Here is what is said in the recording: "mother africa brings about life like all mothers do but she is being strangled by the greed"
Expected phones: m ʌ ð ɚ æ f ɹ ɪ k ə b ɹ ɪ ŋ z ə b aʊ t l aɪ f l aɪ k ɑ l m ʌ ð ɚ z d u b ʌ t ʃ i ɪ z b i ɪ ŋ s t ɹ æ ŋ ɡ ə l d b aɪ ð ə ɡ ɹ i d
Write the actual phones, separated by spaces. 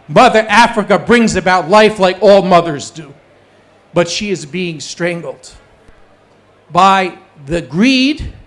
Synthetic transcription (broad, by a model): m ʌ ð ɚ æ f ɹ ɪ k ə b ɹ ɪ ŋ z ə b aʊ t l aɪ f l aɪ k ɑ l m ʌ ð ɚ z d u b ʌ t ʃ i ɪ z b i ɪ ŋ s t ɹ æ ŋ ɡ l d b aɪ ð ə ɡ ɹ i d